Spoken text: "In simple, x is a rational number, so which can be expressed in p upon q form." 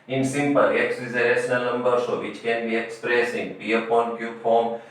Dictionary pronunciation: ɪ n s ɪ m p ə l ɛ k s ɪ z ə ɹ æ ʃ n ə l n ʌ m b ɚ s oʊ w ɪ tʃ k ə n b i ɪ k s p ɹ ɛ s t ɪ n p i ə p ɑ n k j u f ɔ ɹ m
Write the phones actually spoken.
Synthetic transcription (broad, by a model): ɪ n s ɪ m p ə l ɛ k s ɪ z ə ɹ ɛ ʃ n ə l n ʌ m b ɚ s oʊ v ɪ tʃ k ə n b i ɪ k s p ɹ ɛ s ɪ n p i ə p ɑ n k j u f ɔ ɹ m